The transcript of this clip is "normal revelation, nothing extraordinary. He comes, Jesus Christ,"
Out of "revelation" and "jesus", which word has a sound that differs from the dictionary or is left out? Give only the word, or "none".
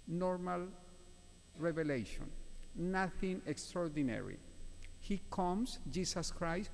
jesus